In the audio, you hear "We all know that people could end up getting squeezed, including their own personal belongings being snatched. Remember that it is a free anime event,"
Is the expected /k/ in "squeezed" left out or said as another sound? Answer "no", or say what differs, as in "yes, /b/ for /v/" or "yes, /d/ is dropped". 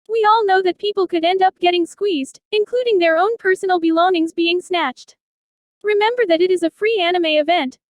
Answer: no